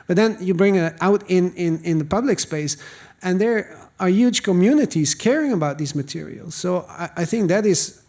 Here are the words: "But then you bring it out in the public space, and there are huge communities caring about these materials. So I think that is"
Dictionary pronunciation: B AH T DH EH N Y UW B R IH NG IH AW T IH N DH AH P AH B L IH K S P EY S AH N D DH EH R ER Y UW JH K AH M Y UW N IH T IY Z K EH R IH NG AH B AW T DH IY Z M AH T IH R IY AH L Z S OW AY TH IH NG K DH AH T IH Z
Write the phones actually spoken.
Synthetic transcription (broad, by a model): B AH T DH EH N Y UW B R IH NG IH AW T IH N DH AH P AH B L IH K S P EY S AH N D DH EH R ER Y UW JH K AH M Y UW N IH T IY Z K EH R IH NG AH B AW T DH IY Z M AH T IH R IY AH L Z S OW AY TH IH NG K DH AH T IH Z